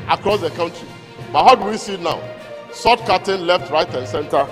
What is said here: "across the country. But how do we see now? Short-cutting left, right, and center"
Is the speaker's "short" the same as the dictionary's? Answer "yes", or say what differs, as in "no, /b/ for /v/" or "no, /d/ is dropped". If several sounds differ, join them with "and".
no, /s/ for /ʃ/